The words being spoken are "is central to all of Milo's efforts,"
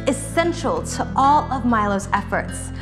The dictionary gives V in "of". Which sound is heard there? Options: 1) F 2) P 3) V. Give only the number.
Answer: 3